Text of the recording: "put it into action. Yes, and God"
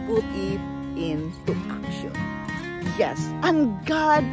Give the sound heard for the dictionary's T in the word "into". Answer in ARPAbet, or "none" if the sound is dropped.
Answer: S